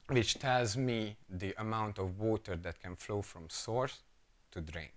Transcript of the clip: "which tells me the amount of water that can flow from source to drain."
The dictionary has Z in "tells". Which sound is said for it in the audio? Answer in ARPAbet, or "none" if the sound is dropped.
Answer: Z